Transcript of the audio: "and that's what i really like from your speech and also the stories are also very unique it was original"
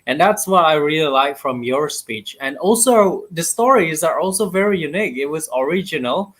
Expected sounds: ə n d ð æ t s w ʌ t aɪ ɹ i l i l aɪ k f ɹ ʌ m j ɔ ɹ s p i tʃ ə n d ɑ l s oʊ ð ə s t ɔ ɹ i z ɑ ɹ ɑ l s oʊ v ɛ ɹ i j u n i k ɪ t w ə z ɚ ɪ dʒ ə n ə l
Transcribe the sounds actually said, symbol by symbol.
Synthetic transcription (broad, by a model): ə n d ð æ t s w ʌ t aɪ ɹ i l i l aɪ k f ɹ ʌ m j ɔ ɹ s p i tʃ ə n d ɑ l s oʊ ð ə s t ɔ ɹ i z ɑ ɹ ɑ l s oʊ v ɛ ɹ i j u n i k ɪ t w ə z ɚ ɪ dʒ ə n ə l